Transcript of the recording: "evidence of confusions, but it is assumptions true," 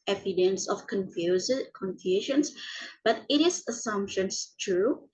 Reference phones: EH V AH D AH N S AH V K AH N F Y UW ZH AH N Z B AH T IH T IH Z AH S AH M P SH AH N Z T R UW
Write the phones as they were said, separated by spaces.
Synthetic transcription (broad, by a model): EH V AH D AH N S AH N K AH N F Y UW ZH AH N S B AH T IH T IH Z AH S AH M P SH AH N S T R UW